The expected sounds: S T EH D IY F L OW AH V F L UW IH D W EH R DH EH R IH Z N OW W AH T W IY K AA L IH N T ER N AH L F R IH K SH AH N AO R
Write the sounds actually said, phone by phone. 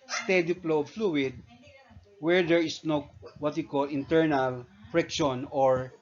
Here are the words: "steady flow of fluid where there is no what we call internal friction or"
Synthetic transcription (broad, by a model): S T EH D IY P L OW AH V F L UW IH D W EH R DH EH R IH S N OW W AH T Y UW K AA L IH N T ER N AH L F R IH K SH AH N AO R